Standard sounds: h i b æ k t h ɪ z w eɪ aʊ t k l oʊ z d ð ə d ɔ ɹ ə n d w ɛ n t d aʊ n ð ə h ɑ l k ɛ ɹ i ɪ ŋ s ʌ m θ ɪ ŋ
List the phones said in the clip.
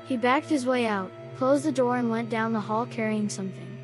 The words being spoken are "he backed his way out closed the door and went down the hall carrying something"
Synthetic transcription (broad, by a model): h i b æ k t h ɪ z w eɪ aʊ t k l oʊ z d ð ə d ɔ ɹ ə n w ɛ n d aʊ n ð ə h ɑ l k ɛ ɹ i ɪ ŋ s ʌ m θ ɪ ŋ